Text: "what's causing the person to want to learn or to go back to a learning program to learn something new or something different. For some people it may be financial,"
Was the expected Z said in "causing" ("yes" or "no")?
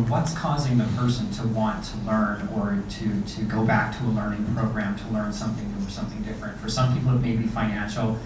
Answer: yes